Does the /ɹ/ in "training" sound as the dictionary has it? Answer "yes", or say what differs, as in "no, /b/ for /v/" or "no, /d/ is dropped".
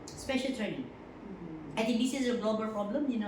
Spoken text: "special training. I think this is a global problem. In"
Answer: yes